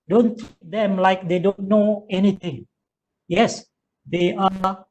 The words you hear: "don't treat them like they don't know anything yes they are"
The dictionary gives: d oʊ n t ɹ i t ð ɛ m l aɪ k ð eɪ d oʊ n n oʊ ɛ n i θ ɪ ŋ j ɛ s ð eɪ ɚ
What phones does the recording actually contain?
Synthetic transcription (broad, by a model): d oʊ n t i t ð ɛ m l aɪ k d eɪ d oʊ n n oʊ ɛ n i t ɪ ŋ j ɛ s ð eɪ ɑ